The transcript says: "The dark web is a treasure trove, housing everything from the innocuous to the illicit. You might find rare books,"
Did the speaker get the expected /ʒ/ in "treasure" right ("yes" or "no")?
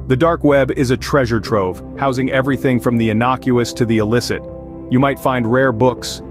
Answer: yes